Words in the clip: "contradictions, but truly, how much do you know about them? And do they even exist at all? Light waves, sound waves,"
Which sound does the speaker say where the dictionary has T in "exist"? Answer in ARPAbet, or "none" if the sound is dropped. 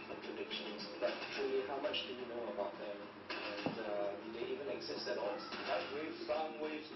none